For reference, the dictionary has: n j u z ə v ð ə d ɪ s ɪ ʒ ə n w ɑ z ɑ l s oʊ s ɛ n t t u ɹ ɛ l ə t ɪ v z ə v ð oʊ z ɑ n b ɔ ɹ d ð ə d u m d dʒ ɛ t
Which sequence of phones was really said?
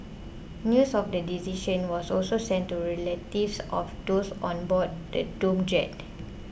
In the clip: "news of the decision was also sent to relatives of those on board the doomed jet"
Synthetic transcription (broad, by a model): n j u s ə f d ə d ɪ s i ʃ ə n w ɑ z ɑ l s oʊ s ɛ n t t u ɹ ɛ l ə t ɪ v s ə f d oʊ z ɑ n b ɔ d d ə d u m dʒ ɛ t